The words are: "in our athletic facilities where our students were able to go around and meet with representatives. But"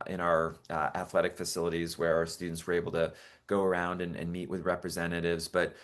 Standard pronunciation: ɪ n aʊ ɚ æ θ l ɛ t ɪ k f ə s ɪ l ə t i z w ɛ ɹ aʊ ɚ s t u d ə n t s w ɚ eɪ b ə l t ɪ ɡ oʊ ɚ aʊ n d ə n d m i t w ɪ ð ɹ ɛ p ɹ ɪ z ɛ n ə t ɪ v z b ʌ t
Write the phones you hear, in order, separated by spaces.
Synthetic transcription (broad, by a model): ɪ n aʊ ɚ æ θ l ɛ t ɪ k f ə s ɪ l ə t i z w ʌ ɹ aʊ ɚ s t u d n t s w ɚ eɪ b l t ɪ ɡ oʊ ɚ aʊ n d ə n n m i t w ɪ ð ɹ ɛ p ɹ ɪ z ɛ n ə t ɪ v z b ʌ t